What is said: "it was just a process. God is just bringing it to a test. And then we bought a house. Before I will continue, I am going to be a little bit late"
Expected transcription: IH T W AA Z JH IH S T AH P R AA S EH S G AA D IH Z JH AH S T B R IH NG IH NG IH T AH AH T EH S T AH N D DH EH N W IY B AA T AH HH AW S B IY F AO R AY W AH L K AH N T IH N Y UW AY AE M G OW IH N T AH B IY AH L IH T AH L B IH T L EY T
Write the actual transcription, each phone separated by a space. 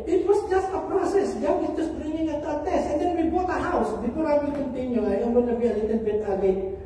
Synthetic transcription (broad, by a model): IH T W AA S JH IH S T AH P R AA S EH S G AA IH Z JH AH S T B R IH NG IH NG IH T AH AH T EH S T AH N D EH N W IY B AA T AH HH AW S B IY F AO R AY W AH K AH N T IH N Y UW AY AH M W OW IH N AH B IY AH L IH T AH N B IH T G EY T